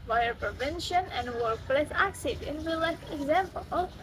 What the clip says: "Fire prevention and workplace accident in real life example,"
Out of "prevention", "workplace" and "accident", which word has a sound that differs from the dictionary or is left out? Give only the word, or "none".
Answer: none